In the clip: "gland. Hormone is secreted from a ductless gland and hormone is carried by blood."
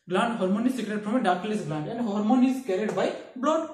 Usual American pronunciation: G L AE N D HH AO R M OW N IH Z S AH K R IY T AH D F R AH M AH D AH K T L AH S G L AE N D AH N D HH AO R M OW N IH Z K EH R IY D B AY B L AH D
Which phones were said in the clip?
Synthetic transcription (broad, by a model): G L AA N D HH AO R M OW N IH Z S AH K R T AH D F R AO M AH D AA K L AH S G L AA N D AH N D HH AO R M OW N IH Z K EH R IY D B AY B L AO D